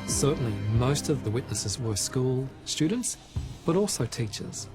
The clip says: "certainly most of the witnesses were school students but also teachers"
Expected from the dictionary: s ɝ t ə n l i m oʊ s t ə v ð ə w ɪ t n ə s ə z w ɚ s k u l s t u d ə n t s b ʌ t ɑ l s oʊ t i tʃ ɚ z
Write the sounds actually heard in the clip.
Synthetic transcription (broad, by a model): s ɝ t n l i m oʊ s t ə v ð ə w ɪ t n ə s ə z w ɚ s k u l s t u d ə n t s b ʌ t ɑ l s oʊ t i tʃ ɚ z